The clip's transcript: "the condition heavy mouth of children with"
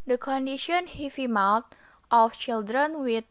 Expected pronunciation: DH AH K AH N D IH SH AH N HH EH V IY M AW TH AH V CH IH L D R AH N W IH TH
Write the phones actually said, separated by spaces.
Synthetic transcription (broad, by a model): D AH K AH N D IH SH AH N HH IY F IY M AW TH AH F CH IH L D R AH N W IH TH